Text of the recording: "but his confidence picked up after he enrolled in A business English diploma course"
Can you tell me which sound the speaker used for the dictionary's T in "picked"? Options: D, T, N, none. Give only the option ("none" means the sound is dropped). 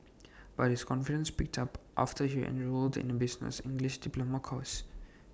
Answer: T